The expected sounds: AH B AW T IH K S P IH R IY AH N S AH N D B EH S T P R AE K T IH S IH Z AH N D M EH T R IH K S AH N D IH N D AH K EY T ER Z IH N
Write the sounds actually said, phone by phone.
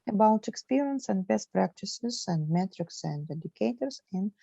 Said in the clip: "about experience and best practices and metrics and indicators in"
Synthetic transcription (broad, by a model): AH B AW T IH K S P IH R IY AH N S AH N D B EH S T P R AE K T IH S IH Z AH N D M EH T R IH K S AH N D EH D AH K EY T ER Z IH N